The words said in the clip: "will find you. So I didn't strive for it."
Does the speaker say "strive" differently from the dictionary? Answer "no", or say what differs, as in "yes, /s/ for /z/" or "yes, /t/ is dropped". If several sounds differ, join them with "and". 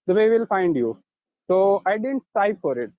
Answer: yes, /ɹ/ is dropped and /p/ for /v/